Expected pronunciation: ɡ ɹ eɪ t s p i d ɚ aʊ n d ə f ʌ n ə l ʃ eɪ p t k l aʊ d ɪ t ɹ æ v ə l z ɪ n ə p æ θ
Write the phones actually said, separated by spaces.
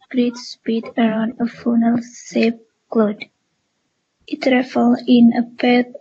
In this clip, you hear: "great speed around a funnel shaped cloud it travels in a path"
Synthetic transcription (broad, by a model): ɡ ɹ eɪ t s p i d ɚ aʊ n d ə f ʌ n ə l s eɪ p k l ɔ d ɪ t ɹ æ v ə l ɪ n ə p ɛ